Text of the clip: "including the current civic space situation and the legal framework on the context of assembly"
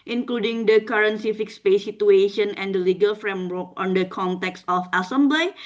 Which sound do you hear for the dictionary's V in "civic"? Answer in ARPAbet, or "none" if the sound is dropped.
F